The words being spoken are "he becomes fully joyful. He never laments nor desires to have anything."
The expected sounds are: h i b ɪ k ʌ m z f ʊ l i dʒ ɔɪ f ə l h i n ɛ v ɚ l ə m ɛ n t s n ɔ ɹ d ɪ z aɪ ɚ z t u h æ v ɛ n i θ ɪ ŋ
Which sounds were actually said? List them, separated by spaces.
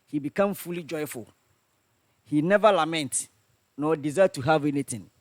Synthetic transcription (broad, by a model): h i b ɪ k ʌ m f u l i dʒ ɔɪ f ə l h i n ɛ v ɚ l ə m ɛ n t n ɔ d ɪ z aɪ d t u h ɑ v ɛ n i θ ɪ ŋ